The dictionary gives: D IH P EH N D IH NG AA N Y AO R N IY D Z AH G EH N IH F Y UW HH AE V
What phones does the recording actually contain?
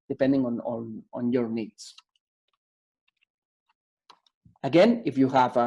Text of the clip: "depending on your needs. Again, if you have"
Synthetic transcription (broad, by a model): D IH P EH N D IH NG AA N Y AO R N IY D S AH G EH N IH F Y UW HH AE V